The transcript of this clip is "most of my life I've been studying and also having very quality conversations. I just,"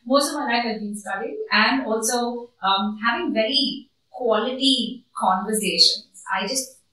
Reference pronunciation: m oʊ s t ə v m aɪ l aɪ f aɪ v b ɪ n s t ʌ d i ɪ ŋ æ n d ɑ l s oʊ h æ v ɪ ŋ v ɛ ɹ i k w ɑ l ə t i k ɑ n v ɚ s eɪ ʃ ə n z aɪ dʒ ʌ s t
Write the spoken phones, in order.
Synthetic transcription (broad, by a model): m oʊ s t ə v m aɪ n aɪ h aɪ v b ɪ n s t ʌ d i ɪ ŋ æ n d ɑ l s oʊ h æ v ɪ ŋ v ɛ ɹ i k w ɑ l ə t i k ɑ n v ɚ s eɪ ʃ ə n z aɪ dʒ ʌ s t